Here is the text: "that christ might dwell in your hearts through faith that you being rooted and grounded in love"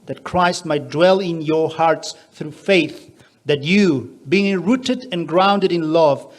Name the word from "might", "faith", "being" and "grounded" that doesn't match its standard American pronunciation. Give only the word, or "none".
none